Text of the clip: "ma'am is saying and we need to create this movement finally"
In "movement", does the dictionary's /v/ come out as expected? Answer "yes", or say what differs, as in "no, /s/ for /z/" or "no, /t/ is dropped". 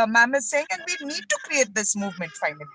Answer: yes